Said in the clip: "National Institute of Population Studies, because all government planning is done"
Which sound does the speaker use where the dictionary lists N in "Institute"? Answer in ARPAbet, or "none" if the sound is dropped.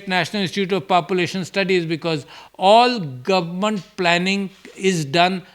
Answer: none